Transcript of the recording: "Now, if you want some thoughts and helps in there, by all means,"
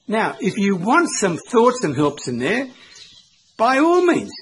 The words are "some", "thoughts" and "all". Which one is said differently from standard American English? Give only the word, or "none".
none